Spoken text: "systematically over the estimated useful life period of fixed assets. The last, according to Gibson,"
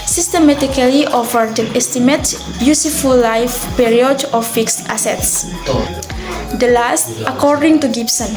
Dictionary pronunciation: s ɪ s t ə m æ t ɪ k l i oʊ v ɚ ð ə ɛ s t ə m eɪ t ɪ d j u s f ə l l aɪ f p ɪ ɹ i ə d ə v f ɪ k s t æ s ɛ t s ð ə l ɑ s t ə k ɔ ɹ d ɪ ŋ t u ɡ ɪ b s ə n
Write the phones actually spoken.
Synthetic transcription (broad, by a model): s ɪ s t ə m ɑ t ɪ k l i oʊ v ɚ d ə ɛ s t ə m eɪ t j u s f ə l l aɪ f p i ɹ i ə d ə f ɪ k s t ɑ s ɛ t s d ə l ɑ s t ə k ɔ ɹ d ɪ ŋ t u ɡ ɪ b s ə n